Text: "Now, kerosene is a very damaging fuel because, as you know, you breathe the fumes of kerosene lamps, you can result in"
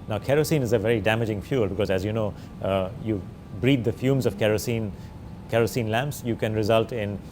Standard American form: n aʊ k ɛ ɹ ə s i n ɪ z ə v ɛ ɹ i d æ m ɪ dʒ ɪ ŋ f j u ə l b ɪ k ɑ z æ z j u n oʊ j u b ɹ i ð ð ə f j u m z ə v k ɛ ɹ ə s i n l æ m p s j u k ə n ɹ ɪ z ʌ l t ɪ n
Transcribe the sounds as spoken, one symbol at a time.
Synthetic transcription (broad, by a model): n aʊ k ɛ ɹ ə s i n ɪ z ə v ɛ ɹ i d æ m ɪ dʒ ɪ ŋ f j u l b ɪ k ɑ z æ z j u n oʊ j u b ɹ i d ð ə f j u m z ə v k ɛ ɹ ə s i n l æ m p s j u k ə n ɹ ɪ z ʌ l t ɪ n